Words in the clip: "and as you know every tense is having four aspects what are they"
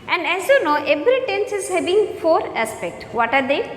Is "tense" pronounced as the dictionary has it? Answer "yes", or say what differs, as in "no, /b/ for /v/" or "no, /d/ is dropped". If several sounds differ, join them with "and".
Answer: yes